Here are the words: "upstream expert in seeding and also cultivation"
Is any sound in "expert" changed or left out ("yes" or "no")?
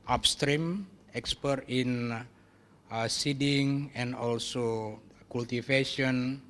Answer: no